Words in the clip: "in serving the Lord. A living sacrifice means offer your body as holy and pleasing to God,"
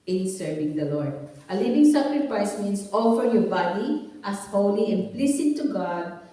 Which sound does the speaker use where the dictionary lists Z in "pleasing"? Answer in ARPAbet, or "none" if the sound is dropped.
S